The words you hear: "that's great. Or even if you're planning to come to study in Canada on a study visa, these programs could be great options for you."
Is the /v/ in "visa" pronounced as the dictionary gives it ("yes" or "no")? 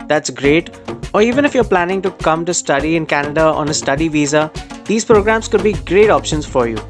yes